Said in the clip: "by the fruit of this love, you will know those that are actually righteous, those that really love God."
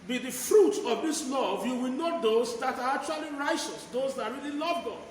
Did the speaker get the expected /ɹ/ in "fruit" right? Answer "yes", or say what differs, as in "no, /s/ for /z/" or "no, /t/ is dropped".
yes